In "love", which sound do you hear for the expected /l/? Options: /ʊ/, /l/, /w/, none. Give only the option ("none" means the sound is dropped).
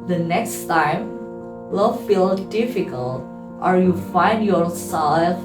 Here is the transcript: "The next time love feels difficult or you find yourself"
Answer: /w/